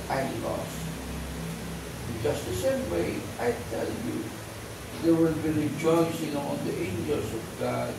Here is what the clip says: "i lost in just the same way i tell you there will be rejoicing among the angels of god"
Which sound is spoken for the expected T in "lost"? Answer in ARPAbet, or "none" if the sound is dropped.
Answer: none